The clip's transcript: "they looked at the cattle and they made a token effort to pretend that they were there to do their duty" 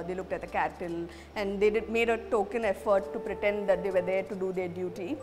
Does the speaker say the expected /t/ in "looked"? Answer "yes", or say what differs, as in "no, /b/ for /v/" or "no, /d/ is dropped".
yes